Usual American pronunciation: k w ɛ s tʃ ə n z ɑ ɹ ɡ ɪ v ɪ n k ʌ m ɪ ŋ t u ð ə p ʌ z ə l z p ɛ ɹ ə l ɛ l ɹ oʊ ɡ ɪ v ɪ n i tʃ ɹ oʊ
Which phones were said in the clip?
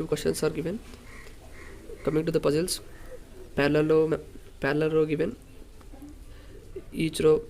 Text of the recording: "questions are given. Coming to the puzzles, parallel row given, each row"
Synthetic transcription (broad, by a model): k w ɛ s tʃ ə n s ɑ ɹ ɡ ɪ v ɪ n k ʌ m ɪ ŋ t u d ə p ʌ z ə l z p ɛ l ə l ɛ l ɹ oʊ ɡ ɪ v ɪ n i tʃ ɹ oʊ